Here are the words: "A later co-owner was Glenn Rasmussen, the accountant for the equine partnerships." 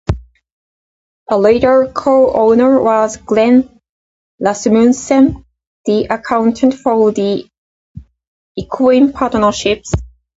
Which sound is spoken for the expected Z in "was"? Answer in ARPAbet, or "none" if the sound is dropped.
Z